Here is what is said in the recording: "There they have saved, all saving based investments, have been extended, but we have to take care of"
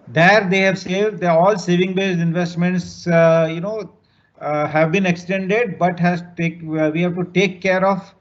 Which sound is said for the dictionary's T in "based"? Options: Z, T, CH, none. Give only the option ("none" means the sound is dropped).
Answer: none